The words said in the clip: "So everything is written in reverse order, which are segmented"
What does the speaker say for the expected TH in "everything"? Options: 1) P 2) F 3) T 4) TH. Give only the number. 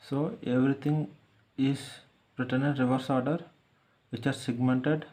3